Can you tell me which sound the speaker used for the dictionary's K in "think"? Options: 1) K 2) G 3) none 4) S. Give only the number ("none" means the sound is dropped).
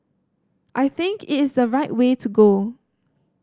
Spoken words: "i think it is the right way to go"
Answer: 1